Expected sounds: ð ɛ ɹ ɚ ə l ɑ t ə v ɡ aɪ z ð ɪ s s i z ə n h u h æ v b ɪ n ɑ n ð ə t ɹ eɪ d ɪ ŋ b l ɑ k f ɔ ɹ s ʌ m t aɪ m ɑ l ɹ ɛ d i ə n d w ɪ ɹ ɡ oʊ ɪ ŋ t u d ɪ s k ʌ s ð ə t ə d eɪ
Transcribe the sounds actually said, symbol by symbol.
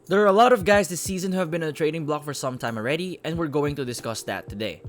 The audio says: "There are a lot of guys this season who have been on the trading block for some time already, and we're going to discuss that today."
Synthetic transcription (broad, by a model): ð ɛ ɹ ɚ ə l ɑ t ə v ɡ aɪ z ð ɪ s s i z ə n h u h æ v b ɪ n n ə t ɹ eɪ d ɪ ŋ b l ɑ k f ɔ ɹ s ʌ m t aɪ m ɑ l ɹ ɛ d i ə n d w ɪ ɹ ɡ oʊ ɪ ŋ t u d ɪ s k ʌ s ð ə t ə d eɪ